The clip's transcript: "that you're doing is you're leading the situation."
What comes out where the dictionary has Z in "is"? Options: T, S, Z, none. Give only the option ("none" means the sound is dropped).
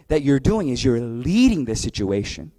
Z